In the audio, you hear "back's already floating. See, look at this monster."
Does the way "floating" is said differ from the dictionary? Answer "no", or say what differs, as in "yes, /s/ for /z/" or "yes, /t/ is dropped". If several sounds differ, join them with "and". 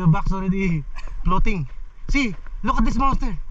yes, /p/ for /f/